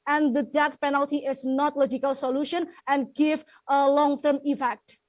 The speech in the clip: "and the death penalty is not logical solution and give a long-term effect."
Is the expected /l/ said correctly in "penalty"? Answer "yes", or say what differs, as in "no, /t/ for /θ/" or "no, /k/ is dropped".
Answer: yes